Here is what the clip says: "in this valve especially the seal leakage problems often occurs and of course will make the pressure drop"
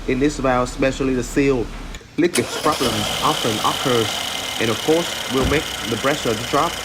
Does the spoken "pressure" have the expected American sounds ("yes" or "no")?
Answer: no